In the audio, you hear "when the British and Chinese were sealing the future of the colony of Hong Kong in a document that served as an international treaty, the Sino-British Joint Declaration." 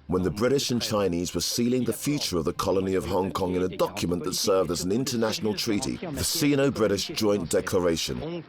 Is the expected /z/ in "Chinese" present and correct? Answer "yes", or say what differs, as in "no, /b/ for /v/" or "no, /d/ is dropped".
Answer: yes